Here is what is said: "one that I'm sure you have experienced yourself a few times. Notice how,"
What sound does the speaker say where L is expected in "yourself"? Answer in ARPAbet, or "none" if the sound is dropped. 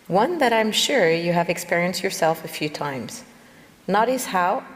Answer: L